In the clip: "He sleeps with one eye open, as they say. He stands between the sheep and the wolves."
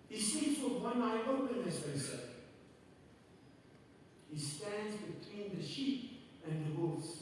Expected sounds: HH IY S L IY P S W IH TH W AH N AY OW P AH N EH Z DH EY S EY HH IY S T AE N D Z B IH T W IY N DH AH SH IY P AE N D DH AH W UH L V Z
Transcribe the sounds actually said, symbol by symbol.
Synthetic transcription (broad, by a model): HH IY S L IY S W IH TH W AH N AY OW P AH N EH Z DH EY S EY HH IY S T AE N D Z B IH T W IY N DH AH SH IY P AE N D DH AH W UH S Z